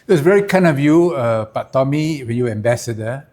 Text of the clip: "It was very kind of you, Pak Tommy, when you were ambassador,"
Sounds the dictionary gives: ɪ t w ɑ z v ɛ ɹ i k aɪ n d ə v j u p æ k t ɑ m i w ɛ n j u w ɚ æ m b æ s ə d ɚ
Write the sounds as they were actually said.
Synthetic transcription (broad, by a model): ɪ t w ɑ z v ɛ ɹ i k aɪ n ə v j u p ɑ t ɑ m i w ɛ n j u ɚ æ m b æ s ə d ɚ